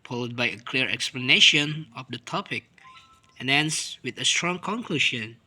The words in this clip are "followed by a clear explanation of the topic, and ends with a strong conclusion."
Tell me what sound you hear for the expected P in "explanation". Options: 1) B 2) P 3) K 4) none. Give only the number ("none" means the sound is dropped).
2